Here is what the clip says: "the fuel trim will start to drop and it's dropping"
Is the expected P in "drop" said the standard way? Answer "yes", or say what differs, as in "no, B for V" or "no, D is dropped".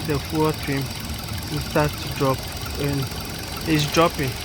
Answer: yes